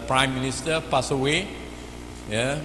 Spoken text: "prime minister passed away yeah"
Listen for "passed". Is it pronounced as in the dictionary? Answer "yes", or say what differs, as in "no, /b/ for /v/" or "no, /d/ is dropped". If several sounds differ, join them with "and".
no, /t/ is dropped